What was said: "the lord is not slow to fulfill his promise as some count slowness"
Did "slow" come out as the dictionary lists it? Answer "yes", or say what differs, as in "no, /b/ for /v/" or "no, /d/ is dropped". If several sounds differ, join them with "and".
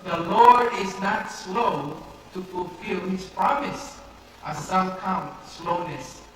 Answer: yes